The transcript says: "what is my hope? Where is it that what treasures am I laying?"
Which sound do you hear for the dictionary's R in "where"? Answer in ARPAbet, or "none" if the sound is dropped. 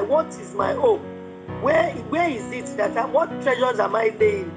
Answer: W